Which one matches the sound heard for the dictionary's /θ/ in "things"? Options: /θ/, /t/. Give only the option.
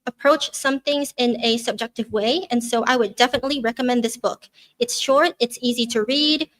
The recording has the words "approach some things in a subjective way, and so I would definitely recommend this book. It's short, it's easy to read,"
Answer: /θ/